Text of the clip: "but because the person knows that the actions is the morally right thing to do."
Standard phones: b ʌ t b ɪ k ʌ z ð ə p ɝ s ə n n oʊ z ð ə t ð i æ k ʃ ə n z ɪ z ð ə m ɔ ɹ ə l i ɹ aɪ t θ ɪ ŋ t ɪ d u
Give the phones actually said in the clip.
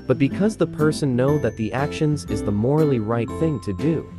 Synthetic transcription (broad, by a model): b ʌ t b ɪ k ʌ z ð ə p ɝ s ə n n oʊ ð ə t ð i æ k ʃ ə n z ɪ z ð ə m ɔ ɹ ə l i ɹ aɪ t θ ɪ ŋ t ɪ d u